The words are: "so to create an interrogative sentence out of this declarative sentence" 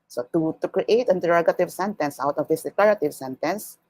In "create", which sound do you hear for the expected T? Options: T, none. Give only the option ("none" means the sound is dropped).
none